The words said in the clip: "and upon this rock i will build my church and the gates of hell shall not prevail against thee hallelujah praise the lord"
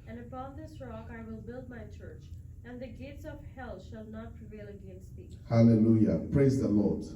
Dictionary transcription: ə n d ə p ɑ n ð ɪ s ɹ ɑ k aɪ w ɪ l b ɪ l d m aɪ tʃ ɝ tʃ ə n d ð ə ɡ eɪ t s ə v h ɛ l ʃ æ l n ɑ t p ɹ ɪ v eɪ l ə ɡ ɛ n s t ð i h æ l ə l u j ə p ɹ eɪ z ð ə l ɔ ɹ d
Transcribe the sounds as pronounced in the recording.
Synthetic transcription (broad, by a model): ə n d ə p ɑ n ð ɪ s ɹ ɑ k aɪ w ɪ l b ɪ l d m aɪ tʃ ɝ tʃ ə n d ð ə ɡ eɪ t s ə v h ɛ l ʃ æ l n ɑ t p ɹ ɪ v eɪ l ə ɡ ɛ n s t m i h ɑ l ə l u j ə p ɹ eɪ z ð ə l ɔ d